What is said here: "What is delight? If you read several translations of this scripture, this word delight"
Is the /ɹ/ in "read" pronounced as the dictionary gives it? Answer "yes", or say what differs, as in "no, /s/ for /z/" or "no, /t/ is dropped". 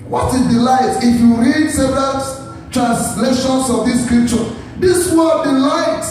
yes